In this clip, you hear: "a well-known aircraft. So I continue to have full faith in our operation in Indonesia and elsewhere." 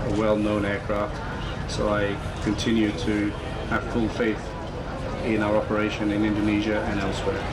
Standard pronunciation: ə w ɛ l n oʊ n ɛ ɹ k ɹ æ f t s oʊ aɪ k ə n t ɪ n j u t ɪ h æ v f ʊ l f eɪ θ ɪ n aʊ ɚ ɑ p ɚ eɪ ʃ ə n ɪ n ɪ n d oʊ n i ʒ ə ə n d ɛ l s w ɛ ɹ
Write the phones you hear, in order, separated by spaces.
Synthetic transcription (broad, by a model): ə w ɛ l n oʊ n ɛ ɹ k ɹ æ f t s oʊ aɪ k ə n t ɪ n j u t ɪ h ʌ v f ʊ l f eɪ θ ɪ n aʊ ɚ ɑ p ɚ eɪ ʃ ə n ɪ n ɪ n d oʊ n i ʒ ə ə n ɛ l s w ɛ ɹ